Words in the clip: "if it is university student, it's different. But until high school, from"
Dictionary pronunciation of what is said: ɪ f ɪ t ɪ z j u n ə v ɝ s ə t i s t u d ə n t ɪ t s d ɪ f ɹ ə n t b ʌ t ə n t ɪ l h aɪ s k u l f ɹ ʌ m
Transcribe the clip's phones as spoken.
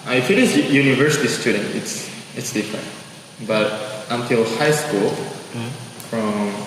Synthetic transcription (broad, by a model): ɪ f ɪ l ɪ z j u n ə v ɝ s ə t i s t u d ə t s ɪ t s d ɪ f ɹ ə n t b ʌ t ə n t ɪ l h aɪ s k u l f ɹ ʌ m